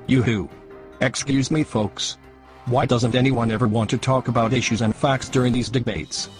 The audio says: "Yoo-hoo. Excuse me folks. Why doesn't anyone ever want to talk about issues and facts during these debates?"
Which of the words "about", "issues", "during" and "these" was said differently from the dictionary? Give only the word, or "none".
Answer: none